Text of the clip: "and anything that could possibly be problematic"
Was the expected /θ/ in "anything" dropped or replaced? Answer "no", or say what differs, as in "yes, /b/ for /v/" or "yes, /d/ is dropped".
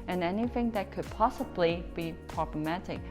no